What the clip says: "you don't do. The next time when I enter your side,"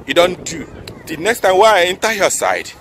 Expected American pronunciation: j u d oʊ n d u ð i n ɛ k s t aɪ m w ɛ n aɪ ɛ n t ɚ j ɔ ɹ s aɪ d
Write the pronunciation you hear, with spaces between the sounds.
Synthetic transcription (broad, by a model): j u d oʊ n d u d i n ɛ k s t aɪ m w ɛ aɪ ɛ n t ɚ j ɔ s aɪ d